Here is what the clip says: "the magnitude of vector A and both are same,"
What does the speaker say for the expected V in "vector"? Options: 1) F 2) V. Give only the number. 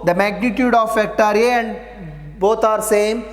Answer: 1